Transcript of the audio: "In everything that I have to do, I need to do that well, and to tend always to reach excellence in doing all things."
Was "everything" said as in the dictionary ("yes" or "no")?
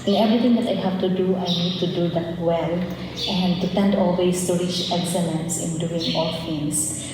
no